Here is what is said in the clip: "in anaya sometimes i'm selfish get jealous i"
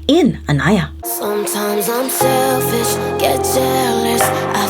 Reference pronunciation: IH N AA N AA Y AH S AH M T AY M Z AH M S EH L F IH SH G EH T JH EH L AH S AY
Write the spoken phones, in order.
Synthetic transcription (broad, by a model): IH N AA N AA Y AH S AH M T AY M Z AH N S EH F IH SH G EH T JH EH L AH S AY